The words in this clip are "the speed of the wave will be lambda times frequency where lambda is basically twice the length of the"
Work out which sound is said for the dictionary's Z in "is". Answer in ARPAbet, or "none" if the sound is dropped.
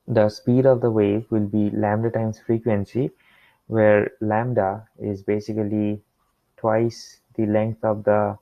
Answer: Z